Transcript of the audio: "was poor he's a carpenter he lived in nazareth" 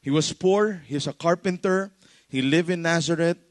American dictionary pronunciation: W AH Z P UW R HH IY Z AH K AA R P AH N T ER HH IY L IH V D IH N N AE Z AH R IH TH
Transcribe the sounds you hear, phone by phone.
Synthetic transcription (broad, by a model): W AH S P UW R HH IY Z AH K AA R P AH N T ER HH IY L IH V IH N N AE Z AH R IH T